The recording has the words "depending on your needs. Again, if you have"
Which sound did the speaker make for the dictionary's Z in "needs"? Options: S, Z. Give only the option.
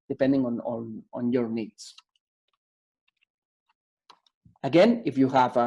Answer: S